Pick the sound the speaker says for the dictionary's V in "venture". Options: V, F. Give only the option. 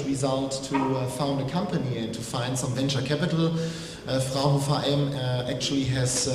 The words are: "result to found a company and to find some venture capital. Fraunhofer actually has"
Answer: V